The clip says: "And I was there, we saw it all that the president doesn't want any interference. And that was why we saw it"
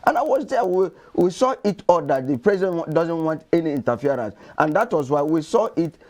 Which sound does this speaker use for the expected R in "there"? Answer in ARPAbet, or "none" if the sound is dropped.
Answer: W